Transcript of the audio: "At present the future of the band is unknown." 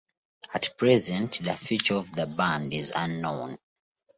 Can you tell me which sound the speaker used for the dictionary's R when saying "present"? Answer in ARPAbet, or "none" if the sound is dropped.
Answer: R